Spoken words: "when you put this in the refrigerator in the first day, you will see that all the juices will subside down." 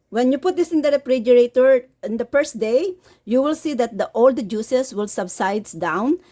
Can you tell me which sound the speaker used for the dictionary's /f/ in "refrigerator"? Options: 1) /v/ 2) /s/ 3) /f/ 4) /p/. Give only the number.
4